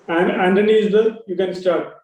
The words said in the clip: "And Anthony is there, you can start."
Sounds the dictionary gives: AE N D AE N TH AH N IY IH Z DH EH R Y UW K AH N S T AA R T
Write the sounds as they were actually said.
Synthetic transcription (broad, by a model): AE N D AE N T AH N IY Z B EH L Y UW K AH N S T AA R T